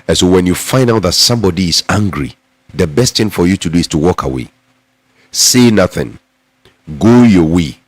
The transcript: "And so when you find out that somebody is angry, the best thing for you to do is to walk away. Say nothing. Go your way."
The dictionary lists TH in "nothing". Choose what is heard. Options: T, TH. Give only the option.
TH